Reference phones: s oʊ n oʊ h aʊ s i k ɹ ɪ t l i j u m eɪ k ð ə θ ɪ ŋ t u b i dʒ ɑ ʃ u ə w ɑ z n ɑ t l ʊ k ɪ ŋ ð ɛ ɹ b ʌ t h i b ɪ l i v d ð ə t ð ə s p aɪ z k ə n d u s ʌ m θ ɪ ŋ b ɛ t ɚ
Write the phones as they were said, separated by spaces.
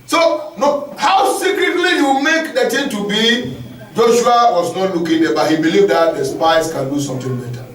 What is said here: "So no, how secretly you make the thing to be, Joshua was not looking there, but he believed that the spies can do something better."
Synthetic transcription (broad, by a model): s oʊ n oʊ h aʊ s i k ɹ ɪ t l i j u m eɪ k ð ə t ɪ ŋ t u b i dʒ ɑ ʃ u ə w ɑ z n ɑ t l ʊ k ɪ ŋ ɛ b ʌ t h i b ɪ l i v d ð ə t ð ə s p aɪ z k ə n d u s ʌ m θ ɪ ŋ b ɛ t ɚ